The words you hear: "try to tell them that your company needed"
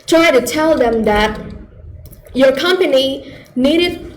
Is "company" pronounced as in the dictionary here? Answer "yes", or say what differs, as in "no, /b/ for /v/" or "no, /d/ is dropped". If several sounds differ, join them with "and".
yes